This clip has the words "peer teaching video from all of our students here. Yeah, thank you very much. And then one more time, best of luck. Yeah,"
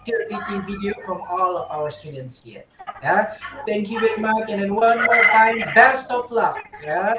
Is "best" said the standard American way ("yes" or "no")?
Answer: yes